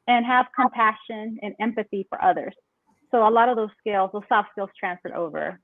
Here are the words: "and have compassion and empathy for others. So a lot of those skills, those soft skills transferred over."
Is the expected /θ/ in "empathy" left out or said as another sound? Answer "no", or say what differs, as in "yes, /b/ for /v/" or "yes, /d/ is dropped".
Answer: no